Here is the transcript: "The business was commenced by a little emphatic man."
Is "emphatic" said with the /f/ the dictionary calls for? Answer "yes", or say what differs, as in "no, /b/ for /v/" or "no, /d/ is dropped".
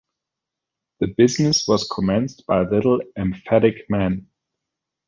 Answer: yes